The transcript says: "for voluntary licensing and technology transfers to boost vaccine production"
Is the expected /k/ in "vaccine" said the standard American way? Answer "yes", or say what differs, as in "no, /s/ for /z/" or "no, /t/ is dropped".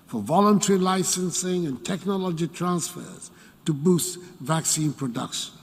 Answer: yes